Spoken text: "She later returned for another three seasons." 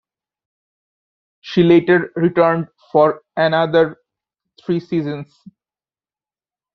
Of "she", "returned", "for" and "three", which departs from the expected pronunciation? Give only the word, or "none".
three